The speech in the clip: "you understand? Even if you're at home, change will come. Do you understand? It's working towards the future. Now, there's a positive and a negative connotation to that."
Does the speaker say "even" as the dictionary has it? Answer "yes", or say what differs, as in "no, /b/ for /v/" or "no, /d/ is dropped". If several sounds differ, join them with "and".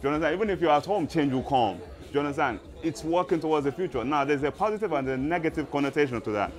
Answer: yes